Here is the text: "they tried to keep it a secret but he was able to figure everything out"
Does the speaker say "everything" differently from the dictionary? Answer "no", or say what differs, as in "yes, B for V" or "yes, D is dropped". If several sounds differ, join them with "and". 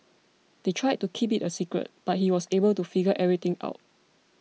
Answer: yes, T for TH